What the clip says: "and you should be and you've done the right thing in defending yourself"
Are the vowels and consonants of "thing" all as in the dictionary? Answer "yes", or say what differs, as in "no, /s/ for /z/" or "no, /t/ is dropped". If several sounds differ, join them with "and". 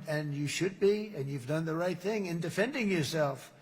yes